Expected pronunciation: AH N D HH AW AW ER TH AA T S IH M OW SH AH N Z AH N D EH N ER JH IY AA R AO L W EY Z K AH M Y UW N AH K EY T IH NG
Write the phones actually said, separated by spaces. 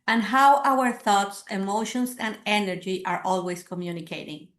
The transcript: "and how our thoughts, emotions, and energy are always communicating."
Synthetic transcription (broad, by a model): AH N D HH AW AW ER TH AA T S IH M OW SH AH N S AH N D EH N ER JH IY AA R AO L W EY S K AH M Y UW N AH K EY T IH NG